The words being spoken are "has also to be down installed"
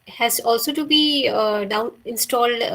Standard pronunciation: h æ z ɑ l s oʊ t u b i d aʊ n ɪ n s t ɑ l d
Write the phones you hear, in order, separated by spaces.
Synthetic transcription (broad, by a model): h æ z ɑ l s oʊ t u b i d aʊ n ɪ n s t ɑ l d